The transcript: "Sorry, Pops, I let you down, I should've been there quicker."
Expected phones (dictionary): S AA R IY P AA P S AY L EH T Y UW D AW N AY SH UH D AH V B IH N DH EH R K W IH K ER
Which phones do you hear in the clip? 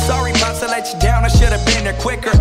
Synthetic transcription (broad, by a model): S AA R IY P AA S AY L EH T D AW N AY SH UH D AH V B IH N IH K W IH K ER